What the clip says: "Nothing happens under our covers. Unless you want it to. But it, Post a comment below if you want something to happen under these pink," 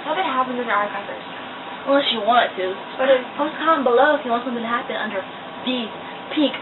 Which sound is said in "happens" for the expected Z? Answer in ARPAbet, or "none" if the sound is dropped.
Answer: none